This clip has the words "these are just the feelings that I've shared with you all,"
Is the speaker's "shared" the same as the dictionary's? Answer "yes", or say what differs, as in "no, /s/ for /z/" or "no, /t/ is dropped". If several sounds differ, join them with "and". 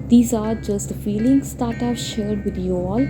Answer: yes